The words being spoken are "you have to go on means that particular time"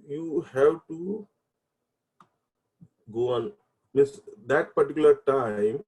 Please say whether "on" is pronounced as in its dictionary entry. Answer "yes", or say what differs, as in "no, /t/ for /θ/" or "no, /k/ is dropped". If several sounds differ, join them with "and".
yes